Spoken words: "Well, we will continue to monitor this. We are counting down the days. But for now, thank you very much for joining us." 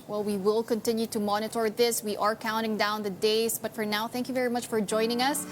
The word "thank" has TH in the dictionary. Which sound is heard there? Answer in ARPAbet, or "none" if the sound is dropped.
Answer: TH